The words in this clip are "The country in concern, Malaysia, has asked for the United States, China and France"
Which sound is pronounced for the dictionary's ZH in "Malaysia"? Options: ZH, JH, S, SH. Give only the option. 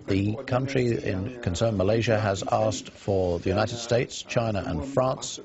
ZH